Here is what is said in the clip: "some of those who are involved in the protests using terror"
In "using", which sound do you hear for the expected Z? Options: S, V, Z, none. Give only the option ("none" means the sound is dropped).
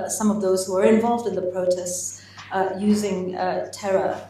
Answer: Z